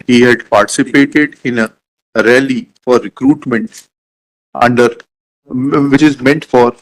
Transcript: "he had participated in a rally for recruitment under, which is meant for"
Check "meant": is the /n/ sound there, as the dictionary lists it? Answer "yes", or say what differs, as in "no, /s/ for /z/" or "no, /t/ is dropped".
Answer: yes